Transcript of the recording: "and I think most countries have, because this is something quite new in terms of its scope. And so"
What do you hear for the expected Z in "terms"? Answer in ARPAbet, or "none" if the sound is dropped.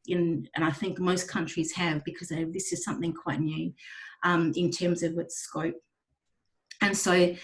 Z